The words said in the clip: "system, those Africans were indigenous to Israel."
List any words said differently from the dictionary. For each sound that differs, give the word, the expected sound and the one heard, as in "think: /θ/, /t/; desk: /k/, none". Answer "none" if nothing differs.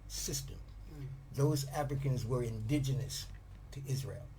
none